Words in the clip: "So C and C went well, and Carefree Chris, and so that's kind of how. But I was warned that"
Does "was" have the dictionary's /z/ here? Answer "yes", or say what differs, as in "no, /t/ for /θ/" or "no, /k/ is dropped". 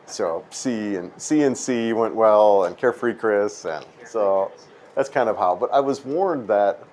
yes